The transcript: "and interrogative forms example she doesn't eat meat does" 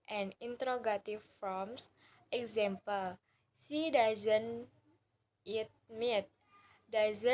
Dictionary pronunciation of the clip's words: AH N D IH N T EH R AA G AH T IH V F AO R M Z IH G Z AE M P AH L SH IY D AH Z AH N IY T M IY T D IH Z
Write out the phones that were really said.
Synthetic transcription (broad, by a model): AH N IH N T R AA G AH T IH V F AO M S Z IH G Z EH M P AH L S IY D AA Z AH N IY T M IY T D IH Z